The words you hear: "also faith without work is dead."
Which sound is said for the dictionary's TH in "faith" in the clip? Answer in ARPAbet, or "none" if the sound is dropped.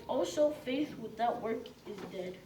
TH